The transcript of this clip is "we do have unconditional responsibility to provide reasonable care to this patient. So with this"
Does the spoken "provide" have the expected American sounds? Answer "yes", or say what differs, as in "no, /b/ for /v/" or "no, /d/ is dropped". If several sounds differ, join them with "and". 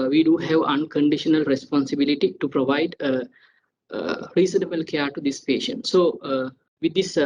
yes